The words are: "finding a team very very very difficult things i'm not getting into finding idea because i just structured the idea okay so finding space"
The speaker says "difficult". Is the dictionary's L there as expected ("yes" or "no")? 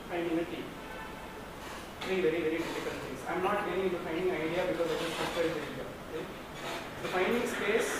no